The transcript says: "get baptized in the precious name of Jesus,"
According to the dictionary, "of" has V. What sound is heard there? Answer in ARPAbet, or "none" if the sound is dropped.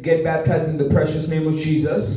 V